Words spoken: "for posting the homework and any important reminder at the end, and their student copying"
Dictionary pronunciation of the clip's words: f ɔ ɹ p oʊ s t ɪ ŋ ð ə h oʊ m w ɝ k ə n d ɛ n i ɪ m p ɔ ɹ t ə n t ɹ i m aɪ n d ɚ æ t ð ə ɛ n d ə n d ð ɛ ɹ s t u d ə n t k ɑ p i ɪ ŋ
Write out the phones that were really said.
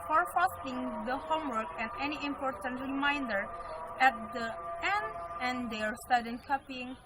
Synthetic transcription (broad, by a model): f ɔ ɹ f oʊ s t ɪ ŋ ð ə h oʊ m w ɝ k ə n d ɛ n i ɪ m p ɔ ɹ t ə n t ɹ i m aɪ n d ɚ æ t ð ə ɛ n d ə n d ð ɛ ɹ s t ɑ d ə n k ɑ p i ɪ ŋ